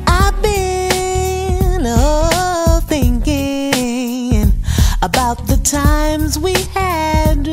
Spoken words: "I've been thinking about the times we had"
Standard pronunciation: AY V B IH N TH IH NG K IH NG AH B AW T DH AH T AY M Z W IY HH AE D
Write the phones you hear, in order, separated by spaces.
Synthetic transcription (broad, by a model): AY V B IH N TH IH NG K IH NG AH B AW T DH AH T AY M Z W IY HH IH D